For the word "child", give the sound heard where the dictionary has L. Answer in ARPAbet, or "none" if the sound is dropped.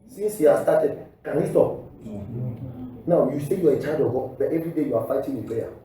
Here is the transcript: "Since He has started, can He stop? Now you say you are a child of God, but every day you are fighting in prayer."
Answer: none